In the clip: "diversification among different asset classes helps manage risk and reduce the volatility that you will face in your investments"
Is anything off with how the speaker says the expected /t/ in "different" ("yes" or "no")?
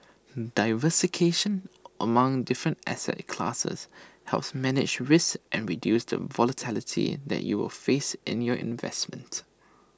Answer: no